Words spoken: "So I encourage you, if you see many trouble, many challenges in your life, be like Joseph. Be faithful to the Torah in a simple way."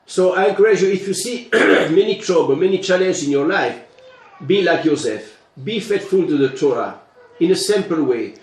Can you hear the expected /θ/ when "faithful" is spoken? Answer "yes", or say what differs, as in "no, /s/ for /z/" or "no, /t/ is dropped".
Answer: no, /t/ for /θ/